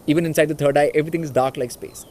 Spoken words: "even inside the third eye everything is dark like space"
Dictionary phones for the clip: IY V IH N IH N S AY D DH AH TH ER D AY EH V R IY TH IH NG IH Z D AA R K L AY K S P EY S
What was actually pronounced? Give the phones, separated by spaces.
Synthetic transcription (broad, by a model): IY V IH N IH N S AY D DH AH T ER D AY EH V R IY T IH NG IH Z D AA R K L AY K S P EY S